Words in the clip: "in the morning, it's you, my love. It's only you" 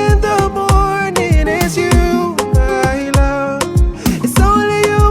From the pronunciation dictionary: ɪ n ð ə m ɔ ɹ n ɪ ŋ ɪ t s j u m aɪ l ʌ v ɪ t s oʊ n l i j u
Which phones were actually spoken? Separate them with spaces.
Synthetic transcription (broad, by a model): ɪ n ð ə m ɔ ɹ n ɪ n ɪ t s j u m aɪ l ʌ ɪ t s oʊ n l i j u